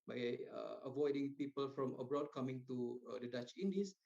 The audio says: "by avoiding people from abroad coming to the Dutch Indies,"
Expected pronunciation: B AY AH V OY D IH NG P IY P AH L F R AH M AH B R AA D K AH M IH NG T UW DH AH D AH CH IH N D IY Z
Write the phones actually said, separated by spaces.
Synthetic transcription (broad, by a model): B AY AH V OY D IH NG P IY P AH L F R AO M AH B R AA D K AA M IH NG T UW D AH D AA CH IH N D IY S